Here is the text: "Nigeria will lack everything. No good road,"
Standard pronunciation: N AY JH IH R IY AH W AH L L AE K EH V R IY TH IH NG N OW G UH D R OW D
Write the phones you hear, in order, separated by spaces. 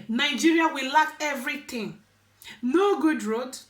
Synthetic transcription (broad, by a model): N AY JH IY R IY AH W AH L L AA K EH V R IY T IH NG N OW G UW D R OW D